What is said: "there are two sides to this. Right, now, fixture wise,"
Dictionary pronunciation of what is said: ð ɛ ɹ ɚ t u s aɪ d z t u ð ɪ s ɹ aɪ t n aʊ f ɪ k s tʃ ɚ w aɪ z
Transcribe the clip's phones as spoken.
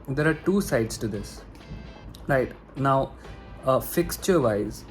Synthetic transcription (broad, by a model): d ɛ ɹ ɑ t u s aɪ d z t u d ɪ s ɹ aɪ t n aʊ f ɪ k s tʃ ɚ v aɪ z